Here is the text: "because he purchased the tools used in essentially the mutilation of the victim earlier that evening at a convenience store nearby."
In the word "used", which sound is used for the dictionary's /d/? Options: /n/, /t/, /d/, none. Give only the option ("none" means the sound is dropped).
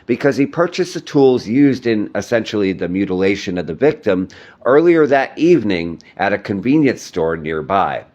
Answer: /d/